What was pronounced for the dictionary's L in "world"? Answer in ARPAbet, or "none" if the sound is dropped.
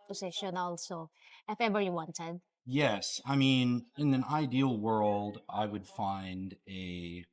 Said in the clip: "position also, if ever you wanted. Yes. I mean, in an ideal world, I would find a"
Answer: L